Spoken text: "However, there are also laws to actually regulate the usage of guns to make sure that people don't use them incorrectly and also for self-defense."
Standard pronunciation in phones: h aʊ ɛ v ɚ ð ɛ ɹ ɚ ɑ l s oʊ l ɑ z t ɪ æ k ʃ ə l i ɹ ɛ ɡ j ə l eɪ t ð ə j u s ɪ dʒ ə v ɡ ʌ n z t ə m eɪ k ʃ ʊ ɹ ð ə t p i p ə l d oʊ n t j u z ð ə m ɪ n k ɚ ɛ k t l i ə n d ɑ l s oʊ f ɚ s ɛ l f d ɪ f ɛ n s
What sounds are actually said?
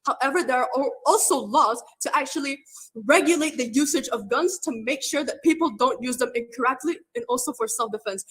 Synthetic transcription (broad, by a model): h aʊ ɛ v ɚ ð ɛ ɹ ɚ ɑ l s oʊ l ɑ z t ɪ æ k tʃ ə l i ɹ ɛ ɡ j ə l eɪ t ð ə j u s ɪ dʒ ə v ɡ ʌ n z t ə m eɪ k ʃ ʊ ɹ ð ə t p i p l d oʊ n t j u z ð ə m ɪ n k ɚ ɛ k t l i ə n ɑ l s oʊ f ɚ s ɛ l f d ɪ f ɛ n s